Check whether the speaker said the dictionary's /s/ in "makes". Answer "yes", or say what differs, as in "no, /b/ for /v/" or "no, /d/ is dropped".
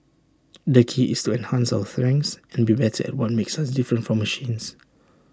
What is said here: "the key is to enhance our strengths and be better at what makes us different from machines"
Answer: yes